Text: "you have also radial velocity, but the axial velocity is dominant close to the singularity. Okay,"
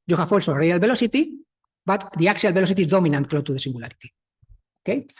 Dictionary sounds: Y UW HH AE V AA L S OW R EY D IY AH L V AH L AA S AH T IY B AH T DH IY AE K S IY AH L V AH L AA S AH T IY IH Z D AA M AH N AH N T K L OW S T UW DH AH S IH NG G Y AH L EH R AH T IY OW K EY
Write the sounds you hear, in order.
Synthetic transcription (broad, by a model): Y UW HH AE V AA L S OW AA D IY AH L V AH L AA S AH T IY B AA T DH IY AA K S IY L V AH L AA S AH T IY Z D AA M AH N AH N T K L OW T UW DH AH S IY NG G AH L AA R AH T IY OW K EY